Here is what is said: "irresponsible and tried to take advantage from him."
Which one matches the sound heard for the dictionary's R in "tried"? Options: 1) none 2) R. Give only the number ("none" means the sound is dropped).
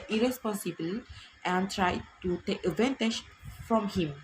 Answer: 2